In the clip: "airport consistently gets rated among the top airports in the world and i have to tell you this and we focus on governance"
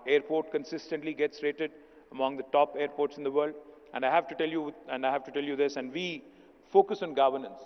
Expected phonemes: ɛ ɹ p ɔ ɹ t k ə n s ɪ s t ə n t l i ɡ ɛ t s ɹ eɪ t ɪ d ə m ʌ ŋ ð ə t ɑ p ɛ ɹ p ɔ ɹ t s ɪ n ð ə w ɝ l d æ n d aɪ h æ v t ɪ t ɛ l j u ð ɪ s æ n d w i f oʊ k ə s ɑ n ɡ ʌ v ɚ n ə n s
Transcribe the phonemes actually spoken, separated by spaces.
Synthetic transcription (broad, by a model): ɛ ɹ p ɔ ɹ t k ə n s ɪ s t ə n t l i ɡ ɛ t s ɹ eɪ t ɪ d ə m ʌ ŋ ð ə t ɑ p ɛ ɹ p ɔ ɹ t s ɪ n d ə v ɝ l d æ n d aɪ h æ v t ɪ t ɛ l j u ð ɪ s æ n d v i f oʊ k ə s ɑ n ɡ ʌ v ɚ n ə n s